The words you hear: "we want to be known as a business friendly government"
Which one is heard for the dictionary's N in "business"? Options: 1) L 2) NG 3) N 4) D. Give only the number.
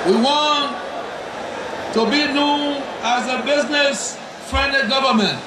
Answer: 3